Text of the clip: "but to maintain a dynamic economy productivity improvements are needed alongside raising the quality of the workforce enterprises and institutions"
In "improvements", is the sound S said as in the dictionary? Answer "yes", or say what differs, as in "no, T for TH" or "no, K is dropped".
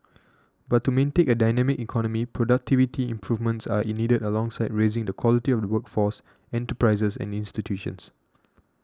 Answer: yes